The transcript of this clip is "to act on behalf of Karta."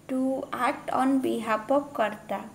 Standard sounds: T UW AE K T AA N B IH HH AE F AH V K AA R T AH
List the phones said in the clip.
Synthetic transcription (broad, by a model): T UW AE K T AA N B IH HH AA P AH K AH R T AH